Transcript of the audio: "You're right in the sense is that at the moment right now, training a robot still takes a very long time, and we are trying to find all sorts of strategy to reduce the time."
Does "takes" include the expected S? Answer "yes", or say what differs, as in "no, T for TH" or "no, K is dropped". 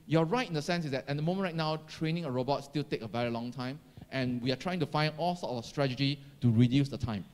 no, S is dropped